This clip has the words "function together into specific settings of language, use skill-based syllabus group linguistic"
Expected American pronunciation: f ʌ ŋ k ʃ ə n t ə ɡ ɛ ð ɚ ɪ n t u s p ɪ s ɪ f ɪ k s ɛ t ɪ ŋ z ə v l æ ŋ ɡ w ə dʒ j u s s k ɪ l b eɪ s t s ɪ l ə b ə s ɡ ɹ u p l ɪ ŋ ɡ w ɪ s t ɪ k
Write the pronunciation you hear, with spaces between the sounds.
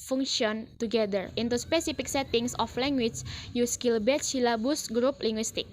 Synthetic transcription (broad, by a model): f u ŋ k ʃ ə n t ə ɡ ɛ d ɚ ɪ n t u s p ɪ s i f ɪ k s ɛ t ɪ ŋ s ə f l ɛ ŋ ɡ w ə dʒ j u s s k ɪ l b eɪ t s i l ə b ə s ɡ ɹ u p l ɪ ŋ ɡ w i s t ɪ k